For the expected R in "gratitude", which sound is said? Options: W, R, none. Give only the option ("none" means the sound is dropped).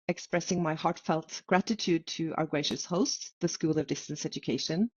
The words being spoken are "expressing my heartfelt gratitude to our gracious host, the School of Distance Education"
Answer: R